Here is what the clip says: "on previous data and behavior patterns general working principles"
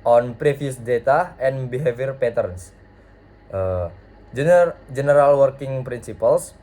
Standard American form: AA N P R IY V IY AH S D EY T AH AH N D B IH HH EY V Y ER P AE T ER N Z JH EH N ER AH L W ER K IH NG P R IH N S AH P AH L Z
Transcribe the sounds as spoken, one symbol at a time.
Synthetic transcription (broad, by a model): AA N P R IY F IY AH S D EY T AH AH N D B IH HH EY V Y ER P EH T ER N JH JH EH N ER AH L W ER K IH NG P R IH N S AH P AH L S